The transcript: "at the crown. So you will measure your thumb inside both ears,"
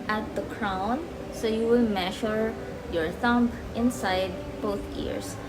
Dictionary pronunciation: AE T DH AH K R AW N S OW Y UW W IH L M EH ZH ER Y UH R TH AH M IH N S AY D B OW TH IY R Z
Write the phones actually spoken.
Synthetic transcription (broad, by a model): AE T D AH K R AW N S OW Y UW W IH L M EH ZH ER Y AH R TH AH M IH N S AY D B OW T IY R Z